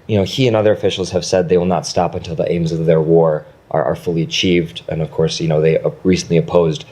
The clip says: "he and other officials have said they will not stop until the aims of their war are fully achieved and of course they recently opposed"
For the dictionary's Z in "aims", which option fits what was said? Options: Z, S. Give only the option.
Z